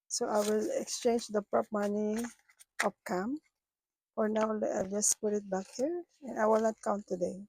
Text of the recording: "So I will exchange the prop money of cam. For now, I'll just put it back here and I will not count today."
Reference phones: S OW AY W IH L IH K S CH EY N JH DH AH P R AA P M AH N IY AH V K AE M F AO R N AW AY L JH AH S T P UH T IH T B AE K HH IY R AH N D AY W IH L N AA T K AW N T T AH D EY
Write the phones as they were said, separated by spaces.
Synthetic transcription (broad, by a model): S OW AY W IH L IH K S CH EY N JH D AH P R AA P M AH N IY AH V K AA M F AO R N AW AY L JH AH S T P UH T IH T B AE K HH IY R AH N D AY W IH L N AA T K AW N T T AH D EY